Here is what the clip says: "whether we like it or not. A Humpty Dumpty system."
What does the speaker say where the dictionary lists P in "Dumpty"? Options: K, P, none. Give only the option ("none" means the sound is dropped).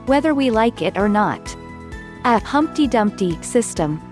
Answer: P